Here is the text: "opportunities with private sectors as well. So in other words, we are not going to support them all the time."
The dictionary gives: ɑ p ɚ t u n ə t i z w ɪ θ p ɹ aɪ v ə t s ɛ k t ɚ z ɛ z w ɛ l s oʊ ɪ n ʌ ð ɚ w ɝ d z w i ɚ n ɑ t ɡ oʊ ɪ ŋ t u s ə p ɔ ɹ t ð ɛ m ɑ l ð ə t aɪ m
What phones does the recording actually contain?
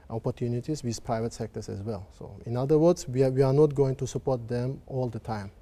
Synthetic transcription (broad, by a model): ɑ p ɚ t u n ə t i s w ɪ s p ɹ aɪ v ə t s ɛ k t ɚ s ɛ s w ɛ l s oʊ ɪ n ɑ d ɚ w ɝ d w w i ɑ n ɑ t ɡ oʊ ɪ ŋ t u s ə p ɔ t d ɛ m ɑ l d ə t aɪ m